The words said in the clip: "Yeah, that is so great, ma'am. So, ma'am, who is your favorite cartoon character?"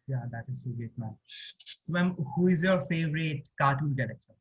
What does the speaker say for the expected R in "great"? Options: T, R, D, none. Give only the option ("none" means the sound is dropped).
none